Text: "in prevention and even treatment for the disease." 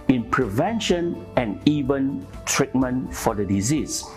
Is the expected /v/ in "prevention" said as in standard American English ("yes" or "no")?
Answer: yes